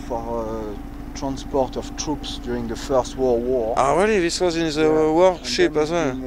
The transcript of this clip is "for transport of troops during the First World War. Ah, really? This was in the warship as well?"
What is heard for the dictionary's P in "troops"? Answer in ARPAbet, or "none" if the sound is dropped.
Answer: P